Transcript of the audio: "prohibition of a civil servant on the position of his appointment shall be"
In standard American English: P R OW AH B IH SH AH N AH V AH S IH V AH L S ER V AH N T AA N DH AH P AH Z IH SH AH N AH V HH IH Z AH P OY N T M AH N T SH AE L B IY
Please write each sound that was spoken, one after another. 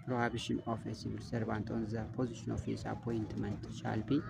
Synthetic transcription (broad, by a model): P R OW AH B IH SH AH N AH F AH S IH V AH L S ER B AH N T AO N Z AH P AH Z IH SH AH N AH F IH S AH P OY N T M AH N T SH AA L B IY